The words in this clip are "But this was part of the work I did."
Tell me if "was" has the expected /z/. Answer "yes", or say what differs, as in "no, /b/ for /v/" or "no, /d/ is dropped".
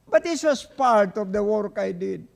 no, /s/ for /z/